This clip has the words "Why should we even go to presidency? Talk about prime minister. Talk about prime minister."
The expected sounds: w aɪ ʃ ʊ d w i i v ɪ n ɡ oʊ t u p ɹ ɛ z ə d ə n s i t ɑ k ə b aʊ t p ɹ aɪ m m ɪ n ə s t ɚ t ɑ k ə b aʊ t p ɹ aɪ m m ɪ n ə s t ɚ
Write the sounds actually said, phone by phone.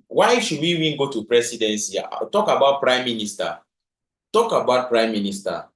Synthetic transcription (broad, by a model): w aɪ ʃ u d w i i w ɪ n ɡ oʊ t u p ɹ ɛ s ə d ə n s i t ɑ k ə b aʊ t p ɹ aɪ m m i n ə s t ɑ t ɑ k ə b aʊ t p ɹ aɪ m m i n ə s t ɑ